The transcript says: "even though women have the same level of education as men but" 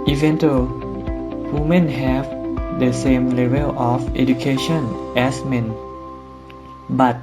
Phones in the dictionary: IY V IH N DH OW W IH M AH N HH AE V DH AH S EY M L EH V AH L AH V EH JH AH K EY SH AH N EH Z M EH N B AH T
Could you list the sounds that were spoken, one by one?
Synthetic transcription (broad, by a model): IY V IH N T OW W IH M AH N HH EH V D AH S EY M L EH V AH L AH F EH JH AH K EY SH AH N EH S M EH N B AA T